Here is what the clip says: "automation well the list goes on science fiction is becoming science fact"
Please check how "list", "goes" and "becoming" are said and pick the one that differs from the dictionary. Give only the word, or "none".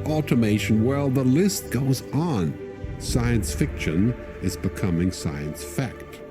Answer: none